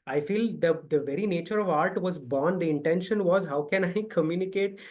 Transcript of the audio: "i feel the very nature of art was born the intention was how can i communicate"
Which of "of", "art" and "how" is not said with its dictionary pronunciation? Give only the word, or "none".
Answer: none